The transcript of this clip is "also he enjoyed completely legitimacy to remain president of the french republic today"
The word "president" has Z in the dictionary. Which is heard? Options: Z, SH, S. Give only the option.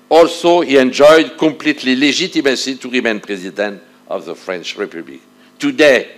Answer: Z